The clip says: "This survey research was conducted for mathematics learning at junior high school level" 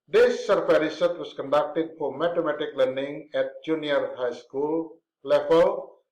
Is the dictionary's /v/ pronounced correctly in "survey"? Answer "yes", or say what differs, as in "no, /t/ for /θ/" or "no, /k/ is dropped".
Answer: no, /f/ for /v/